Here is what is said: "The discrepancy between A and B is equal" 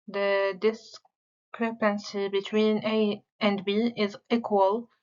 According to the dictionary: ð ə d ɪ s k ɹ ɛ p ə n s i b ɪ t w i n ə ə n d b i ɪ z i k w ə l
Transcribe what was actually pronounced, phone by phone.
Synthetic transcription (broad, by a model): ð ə d ɪ s k ɹ ɛ p ə n s i b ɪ t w i n ə ə n d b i ɪ z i k w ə l